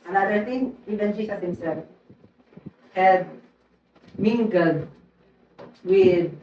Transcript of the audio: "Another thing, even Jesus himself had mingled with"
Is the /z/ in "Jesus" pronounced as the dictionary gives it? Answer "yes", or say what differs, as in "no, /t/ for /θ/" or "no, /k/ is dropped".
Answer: no, /s/ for /z/